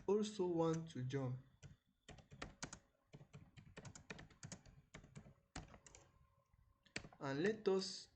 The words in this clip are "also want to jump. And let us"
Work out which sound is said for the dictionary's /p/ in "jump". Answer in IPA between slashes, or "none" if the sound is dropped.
none